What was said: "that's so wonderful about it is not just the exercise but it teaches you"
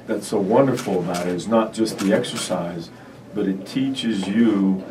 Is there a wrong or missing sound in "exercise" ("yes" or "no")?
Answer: no